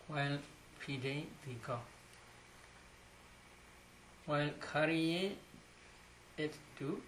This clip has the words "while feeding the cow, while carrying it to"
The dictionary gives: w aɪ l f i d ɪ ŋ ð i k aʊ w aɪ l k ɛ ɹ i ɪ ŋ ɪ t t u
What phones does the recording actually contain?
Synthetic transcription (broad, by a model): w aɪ l p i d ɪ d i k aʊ w aɪ l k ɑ ɹ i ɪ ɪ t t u